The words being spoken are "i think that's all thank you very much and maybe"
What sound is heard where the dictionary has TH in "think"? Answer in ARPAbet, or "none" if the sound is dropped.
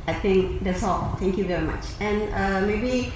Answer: T